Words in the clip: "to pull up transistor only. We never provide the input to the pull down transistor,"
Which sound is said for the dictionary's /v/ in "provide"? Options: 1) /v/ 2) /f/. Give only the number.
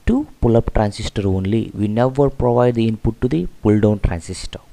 1